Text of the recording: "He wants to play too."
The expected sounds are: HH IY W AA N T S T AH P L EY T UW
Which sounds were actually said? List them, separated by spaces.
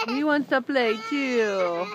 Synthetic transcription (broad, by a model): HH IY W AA N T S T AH P L EY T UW